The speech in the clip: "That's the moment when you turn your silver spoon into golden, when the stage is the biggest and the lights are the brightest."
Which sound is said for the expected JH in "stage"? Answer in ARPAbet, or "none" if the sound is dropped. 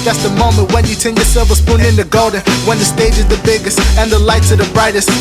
JH